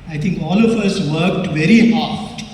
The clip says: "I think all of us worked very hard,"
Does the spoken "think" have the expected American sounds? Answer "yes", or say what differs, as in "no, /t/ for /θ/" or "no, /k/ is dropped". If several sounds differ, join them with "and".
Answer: no, /t/ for /θ/